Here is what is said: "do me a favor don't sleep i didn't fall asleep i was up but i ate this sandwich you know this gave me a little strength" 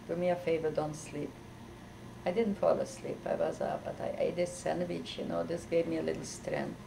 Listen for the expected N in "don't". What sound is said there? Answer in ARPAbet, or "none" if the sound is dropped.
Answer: N